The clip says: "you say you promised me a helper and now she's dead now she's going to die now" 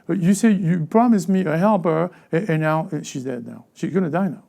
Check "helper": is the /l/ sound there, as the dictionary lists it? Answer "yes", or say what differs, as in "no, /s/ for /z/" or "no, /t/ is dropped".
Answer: yes